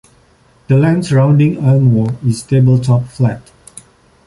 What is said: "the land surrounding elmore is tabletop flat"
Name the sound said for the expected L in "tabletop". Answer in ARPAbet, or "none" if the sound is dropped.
L